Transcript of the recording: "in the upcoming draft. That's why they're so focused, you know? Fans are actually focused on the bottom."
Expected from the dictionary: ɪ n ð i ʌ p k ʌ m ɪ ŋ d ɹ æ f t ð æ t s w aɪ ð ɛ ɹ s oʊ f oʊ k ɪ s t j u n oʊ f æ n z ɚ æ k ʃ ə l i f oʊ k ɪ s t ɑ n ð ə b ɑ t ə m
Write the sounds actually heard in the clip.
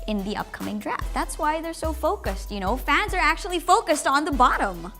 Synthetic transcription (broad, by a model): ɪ n ð i ʌ p k ʌ m ɪ ŋ d ɹ æ f t ð æ t s w aɪ ð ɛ ɹ s oʊ f oʊ k ɪ s t j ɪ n oʊ f æ n z ɚ æ k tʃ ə l i f oʊ k ɪ s t n ð ə b ɑ t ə m